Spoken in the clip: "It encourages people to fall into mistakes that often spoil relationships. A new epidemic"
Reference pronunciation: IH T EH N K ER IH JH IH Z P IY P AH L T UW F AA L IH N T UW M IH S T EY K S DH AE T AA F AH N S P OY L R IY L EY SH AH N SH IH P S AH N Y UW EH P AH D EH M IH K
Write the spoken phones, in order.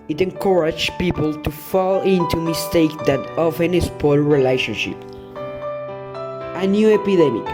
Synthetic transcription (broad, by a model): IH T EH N K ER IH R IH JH P IY P AH L T UW F AA L IH N T UW M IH S T EY K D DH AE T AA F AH N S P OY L R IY L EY SH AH N SH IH P AH N Y UW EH P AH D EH M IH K